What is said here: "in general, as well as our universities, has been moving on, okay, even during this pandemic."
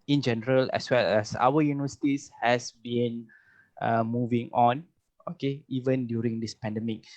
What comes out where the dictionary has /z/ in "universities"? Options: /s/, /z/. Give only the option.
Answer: /s/